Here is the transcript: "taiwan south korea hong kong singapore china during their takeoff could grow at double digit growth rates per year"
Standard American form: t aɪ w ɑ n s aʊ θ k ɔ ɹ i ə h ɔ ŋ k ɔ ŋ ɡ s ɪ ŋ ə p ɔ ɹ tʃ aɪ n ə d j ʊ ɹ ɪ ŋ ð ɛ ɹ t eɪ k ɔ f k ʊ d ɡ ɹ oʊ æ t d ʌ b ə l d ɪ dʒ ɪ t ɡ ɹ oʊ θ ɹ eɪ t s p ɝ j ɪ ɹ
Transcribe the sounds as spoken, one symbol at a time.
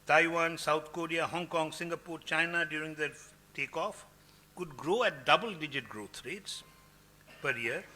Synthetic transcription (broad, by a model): t aɪ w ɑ n s aʊ t k ɔ ɹ i ə h ɔ ŋ k ɔ ŋ ɡ s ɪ ŋ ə p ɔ ɹ tʃ aɪ n ə d j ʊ ɹ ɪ ŋ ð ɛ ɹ t eɪ k ɔ f k ʊ d ɡ ɹ oʊ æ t d ʌ b ə l d ɪ dʒ ɪ t ɡ ɹ oʊ t ɹ eɪ t s p ɝ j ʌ ɹ